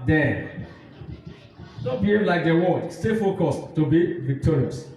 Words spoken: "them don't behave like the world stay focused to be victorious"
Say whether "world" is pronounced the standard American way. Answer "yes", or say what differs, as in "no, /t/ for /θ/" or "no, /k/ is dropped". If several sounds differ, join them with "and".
no, /l/ is dropped